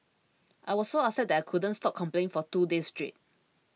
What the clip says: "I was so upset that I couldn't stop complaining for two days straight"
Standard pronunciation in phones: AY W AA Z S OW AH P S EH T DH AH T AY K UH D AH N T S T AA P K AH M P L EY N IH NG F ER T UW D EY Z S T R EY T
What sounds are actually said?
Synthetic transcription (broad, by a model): AY W AA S S OW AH S EH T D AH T AY K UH D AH N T S T AA P K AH M P L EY IH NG F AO T UW D EY S T R EY T